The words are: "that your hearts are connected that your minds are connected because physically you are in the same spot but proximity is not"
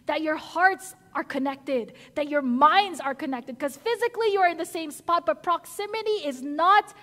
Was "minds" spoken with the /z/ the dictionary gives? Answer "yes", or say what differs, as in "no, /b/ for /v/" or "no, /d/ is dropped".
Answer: yes